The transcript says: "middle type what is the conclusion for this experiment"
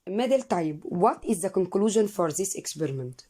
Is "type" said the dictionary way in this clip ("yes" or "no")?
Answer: no